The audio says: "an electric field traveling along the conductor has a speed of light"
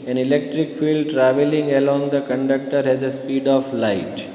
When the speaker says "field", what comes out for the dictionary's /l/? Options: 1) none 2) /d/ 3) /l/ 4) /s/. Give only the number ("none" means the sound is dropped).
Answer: 3